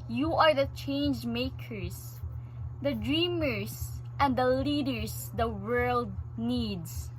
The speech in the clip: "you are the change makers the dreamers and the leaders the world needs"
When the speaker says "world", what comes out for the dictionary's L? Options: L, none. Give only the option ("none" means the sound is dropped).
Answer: L